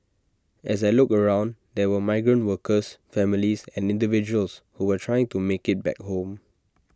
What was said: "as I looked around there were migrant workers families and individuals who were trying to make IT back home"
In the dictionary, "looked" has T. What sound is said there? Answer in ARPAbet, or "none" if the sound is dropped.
none